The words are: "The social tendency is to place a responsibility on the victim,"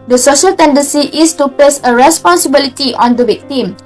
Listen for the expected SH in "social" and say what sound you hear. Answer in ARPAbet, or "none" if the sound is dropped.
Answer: SH